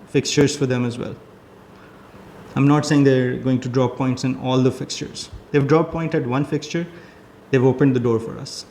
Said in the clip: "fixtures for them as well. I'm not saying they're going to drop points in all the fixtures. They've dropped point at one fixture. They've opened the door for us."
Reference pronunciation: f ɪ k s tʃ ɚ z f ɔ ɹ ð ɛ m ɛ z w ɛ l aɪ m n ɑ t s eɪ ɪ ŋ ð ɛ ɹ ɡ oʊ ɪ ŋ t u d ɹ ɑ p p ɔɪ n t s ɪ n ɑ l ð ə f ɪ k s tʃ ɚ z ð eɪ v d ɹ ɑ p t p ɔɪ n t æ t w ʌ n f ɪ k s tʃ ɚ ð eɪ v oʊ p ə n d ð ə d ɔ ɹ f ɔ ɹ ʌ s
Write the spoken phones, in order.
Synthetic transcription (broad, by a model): f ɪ k s tʃ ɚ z f ɔ ɹ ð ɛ m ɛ z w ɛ l aɪ m n ɑ t s eɪ ɪ ŋ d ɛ ɹ ɡ oʊ ɪ ŋ t u d ɹ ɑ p p ɔɪ n t s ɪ n ɑ l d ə f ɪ k s tʃ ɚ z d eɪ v d ɹ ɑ p p ɔɪ n t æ t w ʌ n f ɪ k s tʃ ɚ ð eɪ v oʊ p ə n d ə d ɔ ɹ f ɔ ɹ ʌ s